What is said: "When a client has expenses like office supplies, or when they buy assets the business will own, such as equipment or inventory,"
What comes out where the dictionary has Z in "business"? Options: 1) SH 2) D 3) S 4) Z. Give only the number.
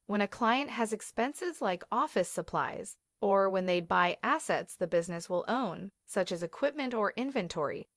4